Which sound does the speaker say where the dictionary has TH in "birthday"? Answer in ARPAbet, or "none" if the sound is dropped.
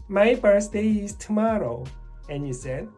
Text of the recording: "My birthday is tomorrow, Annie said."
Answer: S